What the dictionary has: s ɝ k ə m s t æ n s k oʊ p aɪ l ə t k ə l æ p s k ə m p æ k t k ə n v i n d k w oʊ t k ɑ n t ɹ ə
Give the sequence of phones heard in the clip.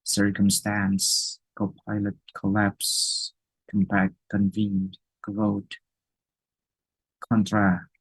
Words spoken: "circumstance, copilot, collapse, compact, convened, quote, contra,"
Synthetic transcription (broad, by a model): s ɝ k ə m s t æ n s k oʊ p aɪ l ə t k ə l æ p s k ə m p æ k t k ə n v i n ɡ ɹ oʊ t k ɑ n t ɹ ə